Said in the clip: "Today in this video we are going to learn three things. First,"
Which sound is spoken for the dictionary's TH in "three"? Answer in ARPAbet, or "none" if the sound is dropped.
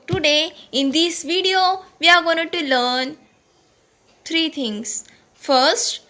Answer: T